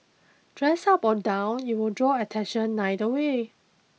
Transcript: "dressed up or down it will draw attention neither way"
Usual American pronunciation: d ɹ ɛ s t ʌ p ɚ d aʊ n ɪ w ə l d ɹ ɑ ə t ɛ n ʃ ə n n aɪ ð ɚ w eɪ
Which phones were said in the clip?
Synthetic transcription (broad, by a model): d ɹ ɛ s ʌ p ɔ d aʊ n ɪ w ə l d ɹ ɑ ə t ɛ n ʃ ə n n aɪ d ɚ w eɪ